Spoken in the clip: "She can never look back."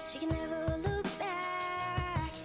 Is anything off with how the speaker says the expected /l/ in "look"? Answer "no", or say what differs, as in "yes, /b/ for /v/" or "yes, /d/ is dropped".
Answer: no